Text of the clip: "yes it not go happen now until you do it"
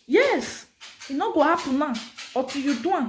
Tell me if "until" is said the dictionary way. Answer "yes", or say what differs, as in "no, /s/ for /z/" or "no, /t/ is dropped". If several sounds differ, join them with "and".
no, /n/ is dropped